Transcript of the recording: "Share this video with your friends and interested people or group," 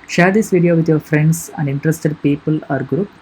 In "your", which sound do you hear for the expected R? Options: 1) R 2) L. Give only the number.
1